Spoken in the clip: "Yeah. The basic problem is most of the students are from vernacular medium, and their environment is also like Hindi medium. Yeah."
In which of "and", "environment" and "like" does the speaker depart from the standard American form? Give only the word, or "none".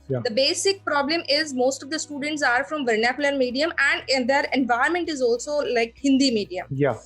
environment